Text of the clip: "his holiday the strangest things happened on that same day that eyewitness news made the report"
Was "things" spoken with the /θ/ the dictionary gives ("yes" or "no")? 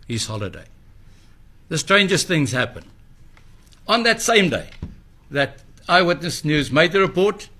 yes